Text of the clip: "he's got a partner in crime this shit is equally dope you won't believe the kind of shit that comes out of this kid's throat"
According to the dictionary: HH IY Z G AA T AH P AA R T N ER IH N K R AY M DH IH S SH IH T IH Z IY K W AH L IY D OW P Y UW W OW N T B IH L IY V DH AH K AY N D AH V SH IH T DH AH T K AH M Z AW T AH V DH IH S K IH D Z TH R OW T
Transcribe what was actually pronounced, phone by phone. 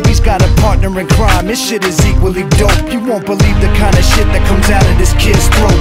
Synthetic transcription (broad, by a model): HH IY Z G AA T AH P AA R T N ER IH N K R AY M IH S SH IH T IH Z IY K W AH L IY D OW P Y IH W OW N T B IH L IY V DH AH K AY N D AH SH IH T DH AH T K AH M Z AW T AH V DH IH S K IH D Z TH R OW